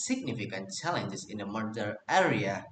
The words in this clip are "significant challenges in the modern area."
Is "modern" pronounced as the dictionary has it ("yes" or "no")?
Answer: no